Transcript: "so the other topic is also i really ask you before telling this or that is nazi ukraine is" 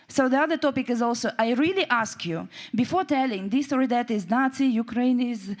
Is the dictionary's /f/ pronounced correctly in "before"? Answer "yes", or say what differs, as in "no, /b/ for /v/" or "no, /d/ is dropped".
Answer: yes